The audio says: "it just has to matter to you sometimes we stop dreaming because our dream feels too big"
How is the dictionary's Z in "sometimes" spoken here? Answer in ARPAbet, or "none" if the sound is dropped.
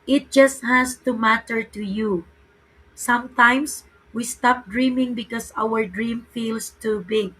S